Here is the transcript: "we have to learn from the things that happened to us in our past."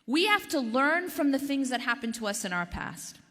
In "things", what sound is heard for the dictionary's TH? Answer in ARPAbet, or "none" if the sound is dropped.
TH